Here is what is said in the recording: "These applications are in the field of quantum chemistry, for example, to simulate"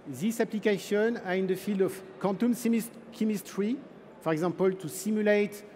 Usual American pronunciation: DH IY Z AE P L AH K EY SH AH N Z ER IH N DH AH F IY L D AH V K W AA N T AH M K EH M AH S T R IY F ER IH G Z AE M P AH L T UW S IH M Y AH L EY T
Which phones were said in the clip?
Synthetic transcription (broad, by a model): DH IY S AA P L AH K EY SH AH N AA IH N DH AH F IY L D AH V K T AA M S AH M K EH M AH S T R IY F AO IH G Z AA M P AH L T UW S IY M Y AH L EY T